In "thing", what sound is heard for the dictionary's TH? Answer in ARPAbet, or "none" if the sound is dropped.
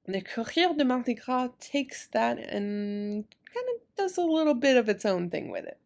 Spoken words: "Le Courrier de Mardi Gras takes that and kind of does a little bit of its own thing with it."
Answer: TH